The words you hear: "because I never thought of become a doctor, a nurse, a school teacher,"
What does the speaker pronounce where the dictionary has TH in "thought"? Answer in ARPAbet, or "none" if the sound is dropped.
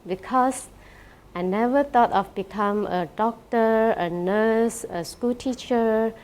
T